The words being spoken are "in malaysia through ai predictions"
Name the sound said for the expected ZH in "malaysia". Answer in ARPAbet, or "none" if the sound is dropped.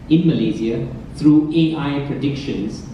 Z